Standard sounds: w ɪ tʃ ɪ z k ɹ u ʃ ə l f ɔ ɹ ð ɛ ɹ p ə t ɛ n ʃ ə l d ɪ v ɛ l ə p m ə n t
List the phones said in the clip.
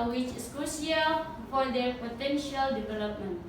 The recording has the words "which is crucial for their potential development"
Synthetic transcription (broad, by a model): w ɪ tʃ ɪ s k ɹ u s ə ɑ f ɔ ɹ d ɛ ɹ p ə t ɛ n ʃ ə l d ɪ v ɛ l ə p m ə n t